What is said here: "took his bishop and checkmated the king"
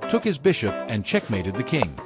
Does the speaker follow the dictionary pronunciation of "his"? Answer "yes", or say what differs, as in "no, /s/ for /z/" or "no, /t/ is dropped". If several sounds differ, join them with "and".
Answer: yes